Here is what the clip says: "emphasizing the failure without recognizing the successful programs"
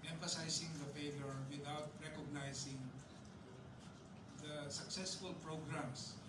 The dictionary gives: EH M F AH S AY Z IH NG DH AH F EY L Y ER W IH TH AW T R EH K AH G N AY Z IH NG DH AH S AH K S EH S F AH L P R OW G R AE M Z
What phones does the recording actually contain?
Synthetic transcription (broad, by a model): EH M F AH S AY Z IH NG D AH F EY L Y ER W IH T AW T R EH K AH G N AY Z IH NG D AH S AH K S EH S F AH L P R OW G R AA M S